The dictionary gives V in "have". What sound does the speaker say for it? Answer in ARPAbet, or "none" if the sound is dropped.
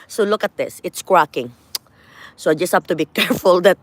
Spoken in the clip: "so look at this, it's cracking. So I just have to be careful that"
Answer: P